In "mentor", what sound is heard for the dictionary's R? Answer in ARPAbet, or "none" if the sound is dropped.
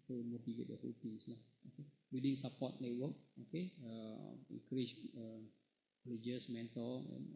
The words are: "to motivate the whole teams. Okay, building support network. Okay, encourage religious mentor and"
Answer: L